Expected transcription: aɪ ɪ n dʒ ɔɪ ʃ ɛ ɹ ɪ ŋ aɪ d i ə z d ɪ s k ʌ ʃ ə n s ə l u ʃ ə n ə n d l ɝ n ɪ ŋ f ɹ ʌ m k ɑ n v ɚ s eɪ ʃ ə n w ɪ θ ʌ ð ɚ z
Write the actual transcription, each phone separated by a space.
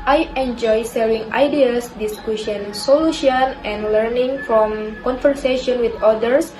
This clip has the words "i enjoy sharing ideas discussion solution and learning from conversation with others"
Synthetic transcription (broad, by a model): aɪ ɪ n dʒ ɔɪ s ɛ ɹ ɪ ŋ aɪ d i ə s d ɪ s k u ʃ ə n s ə l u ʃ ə n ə n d l ɝ n ɪ ŋ f ɹ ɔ m k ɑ n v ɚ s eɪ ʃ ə n w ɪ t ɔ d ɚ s